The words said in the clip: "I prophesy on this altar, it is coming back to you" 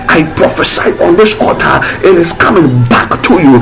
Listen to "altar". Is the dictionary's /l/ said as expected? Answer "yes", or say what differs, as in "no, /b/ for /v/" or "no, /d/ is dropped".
no, /l/ is dropped